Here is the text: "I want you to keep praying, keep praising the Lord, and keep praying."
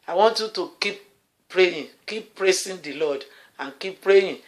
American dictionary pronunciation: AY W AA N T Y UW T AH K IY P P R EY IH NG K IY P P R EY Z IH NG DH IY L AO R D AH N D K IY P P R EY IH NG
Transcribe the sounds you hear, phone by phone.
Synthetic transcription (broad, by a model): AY W AA N T Y UW T AH K IY P P R EY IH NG K IY P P R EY S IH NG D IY L AO D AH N K IY P P R EY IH